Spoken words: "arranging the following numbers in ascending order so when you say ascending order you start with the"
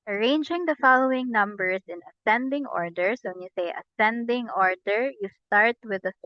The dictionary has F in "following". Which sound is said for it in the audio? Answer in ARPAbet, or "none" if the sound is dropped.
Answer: F